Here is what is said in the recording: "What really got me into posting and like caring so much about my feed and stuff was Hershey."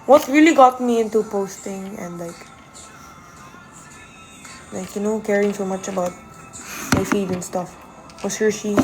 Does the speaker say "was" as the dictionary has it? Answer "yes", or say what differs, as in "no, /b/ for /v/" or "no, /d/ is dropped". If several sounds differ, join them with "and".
no, /s/ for /z/